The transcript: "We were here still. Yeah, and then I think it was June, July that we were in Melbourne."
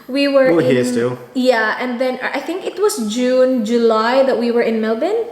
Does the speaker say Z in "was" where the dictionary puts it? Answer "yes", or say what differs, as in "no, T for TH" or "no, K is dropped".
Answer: no, S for Z